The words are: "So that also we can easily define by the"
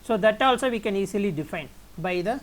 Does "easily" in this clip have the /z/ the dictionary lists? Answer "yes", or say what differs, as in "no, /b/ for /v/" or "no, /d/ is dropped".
no, /s/ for /z/